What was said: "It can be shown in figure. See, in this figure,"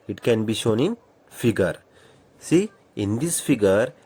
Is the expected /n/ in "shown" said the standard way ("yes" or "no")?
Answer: yes